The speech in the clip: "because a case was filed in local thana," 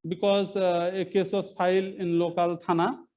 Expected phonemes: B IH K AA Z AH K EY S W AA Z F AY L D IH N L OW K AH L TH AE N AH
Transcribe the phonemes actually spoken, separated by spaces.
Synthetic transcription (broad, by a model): B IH K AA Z AH K EY S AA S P AY L IH N L OW K AH L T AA N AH